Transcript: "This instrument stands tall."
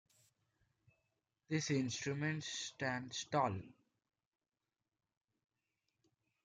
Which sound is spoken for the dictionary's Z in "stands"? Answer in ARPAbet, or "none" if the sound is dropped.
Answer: S